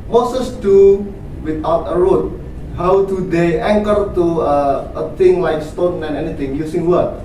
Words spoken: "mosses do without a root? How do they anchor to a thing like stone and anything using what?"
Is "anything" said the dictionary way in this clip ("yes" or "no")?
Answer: no